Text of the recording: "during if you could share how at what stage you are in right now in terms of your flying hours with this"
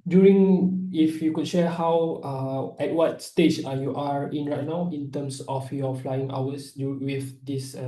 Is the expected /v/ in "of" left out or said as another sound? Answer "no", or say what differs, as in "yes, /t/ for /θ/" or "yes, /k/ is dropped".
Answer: yes, /f/ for /v/